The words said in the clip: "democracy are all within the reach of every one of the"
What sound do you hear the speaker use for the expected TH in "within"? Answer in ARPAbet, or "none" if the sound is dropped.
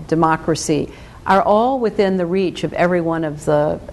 TH